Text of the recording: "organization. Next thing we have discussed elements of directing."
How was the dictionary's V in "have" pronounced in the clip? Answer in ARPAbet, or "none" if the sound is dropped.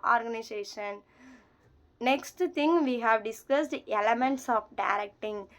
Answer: V